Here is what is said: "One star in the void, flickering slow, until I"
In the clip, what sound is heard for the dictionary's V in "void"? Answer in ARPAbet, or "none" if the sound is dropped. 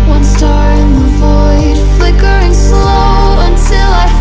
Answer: V